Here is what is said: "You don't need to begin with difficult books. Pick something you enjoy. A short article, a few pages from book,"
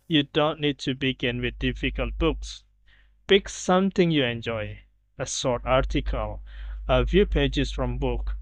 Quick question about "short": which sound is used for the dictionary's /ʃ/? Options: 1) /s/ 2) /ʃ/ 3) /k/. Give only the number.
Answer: 1